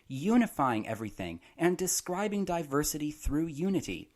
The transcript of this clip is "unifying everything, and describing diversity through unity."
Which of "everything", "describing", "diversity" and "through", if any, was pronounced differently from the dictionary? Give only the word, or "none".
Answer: none